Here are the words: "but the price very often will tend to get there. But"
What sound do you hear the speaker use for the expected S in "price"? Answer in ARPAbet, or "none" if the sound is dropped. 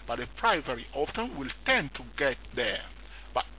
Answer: none